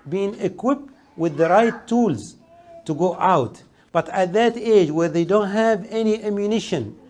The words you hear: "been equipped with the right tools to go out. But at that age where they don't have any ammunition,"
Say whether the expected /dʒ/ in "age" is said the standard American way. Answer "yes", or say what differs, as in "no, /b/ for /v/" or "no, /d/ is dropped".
yes